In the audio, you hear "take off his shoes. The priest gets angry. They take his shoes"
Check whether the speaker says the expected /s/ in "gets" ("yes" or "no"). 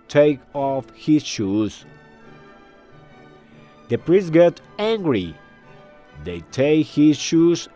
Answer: no